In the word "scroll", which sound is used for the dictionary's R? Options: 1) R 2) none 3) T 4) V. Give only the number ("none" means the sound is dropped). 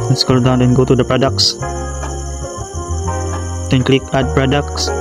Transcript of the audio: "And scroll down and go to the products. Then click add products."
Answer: 2